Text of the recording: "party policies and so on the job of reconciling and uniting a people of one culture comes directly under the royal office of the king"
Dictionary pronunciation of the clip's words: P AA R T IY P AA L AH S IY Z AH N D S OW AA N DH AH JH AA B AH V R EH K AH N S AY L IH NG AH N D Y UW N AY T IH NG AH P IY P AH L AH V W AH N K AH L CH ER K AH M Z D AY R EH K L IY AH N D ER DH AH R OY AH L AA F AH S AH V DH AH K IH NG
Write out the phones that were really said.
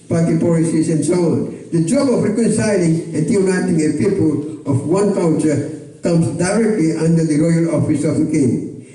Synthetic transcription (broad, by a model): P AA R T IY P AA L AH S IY S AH N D S OW AA N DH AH JH AA B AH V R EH K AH N S AY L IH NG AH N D Y UW N AY T IH NG AH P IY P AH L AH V W AH N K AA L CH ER K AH M S D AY R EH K L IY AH N D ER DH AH R OY AH L AA F AH S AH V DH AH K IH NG